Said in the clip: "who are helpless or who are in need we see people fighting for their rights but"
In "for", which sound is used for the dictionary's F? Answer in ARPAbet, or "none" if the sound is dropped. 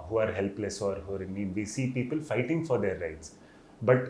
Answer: F